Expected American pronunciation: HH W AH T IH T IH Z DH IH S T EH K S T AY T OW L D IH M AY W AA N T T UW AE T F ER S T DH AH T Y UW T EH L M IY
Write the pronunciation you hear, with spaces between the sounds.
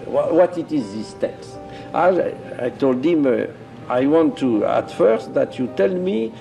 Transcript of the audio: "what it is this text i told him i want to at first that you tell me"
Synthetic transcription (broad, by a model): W W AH T IH T IH Z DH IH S T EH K S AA AY T OW L D IH M AY W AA N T T UW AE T F ER S T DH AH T Y UW T EH L M IY